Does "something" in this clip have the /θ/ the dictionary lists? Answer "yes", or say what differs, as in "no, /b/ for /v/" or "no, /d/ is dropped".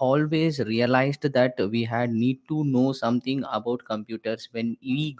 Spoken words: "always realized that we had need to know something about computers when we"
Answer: no, /t/ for /θ/